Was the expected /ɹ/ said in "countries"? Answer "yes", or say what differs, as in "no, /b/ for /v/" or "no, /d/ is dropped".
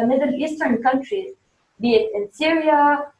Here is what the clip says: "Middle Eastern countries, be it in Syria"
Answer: yes